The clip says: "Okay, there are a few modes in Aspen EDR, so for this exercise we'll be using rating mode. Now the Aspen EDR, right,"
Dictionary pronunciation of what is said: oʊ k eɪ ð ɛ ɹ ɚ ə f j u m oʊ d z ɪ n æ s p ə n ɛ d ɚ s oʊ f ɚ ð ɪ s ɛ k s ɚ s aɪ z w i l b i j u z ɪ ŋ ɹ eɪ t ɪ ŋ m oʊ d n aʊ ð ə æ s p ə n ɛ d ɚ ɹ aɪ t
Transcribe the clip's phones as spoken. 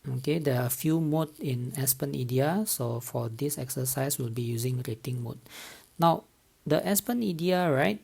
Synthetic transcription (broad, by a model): oʊ k eɪ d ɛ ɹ ə f j u m oʊ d ɪ n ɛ s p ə n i d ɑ s oʊ f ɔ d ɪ s ɛ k s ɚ s aɪ s w i l b i j u z ɪ ŋ ɹ eɪ t ɪ ŋ m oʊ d n aʊ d ə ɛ s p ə n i d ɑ ɹ aɪ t